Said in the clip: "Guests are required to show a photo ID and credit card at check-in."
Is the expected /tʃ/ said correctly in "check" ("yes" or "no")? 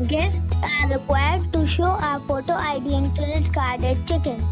yes